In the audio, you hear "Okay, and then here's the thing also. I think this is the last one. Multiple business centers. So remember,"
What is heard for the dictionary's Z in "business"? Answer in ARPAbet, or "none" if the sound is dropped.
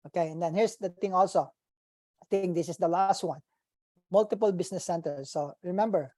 S